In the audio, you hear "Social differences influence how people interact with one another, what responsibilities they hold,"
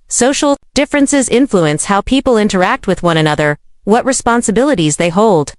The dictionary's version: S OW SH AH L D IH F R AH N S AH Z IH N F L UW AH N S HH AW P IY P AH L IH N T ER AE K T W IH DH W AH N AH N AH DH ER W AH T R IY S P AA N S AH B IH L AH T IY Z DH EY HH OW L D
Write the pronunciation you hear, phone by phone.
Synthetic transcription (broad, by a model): S OW SH L D IH F R AH N S AH Z IH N F L UW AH N S HH AW P IY P L IH N T ER AE K T W IH DH W AH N AH N AH DH ER W AH T R IY S P AA N S AH B IH L AH T IY Z DH EY HH OW L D